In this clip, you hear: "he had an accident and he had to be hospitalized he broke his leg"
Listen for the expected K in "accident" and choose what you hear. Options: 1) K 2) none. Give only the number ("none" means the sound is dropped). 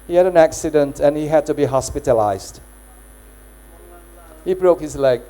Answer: 1